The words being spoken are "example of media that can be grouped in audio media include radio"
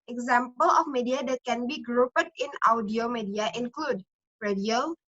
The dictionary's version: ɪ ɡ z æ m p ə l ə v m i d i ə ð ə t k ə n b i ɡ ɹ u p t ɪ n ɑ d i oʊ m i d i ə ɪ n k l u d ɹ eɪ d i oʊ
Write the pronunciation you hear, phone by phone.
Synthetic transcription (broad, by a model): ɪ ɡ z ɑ m p ə l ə f m i d i ə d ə t k ə n b i ɡ ɹ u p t ɪ n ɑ d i oʊ m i d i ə ɪ n k l u d ɹ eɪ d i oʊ